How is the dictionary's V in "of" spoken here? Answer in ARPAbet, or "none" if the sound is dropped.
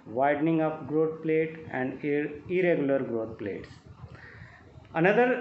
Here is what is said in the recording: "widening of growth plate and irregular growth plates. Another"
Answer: P